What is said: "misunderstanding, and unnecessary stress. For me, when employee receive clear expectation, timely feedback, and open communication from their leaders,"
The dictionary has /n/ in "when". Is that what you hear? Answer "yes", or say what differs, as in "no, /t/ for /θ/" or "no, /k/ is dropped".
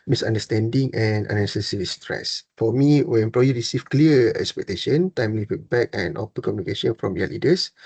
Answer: no, /n/ is dropped